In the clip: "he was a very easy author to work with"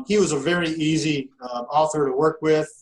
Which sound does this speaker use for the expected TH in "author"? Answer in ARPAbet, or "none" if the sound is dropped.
TH